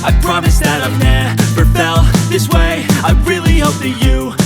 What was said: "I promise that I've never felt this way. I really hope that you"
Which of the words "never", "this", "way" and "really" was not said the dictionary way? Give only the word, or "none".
never